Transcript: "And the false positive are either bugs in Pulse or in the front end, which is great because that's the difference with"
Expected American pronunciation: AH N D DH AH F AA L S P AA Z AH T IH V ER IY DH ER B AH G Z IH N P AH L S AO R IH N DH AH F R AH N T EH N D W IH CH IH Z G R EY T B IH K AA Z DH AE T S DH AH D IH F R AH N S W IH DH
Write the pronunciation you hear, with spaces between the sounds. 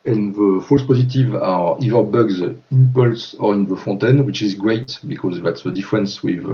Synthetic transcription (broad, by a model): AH N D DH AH F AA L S P AA Z AH T IH V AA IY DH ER B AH G Z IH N P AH L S AO R IH N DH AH F AO T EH N W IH CH IH Z G R EY T B IH K AA Z DH AE T S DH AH D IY F R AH N S W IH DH